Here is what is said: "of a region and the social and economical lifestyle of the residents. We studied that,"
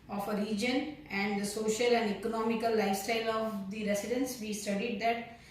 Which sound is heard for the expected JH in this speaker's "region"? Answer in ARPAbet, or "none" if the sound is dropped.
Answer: JH